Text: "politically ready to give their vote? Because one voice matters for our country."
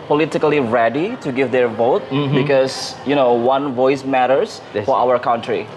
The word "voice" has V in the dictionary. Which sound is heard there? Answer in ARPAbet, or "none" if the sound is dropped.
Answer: V